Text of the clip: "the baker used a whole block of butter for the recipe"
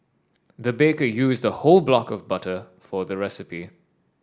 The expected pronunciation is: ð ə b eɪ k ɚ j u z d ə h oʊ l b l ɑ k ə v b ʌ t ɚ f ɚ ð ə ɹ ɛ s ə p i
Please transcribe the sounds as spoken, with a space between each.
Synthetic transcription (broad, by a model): ð ə b eɪ k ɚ j u z d ə h oʊ l b l ɑ k ə v b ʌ t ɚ f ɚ ð ə ɹ ɛ s ə p i